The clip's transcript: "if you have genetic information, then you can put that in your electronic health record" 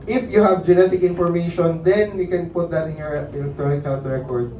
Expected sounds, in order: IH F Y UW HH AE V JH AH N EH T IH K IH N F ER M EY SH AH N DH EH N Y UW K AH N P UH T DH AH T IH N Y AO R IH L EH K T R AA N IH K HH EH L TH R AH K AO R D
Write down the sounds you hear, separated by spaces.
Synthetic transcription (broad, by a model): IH F Y UW HH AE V JH AH N EH T IH K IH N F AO M EY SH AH N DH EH N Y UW K AH N P UH T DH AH T IH N Y AO R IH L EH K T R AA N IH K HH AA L T R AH K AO R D